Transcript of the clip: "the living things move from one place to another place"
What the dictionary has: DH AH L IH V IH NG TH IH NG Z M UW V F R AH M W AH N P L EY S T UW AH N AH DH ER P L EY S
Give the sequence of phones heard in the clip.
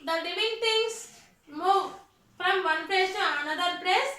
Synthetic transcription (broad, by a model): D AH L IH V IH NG T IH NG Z M UW V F R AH M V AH N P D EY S T UW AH N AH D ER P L EY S